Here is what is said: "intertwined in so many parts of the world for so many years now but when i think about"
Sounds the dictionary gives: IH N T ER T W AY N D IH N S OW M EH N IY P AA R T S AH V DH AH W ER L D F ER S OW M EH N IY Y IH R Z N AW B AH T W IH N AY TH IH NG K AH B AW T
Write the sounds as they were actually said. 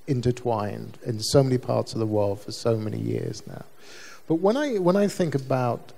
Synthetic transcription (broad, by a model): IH N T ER T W AY N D IH N S OW M EH N IY P AA R T S AH V DH AH W ER L D F ER S OW M EH N IY Y IH R Z N AW B AH T W IH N AY TH IH NG K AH B AW T